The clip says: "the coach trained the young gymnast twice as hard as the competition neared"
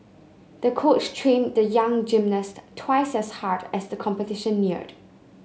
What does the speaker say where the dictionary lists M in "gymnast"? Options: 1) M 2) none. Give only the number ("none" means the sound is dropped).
1